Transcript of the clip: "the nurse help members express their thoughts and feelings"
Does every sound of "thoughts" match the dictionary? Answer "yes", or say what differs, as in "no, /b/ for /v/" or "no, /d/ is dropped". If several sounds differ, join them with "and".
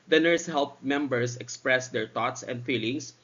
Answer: no, /t/ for /θ/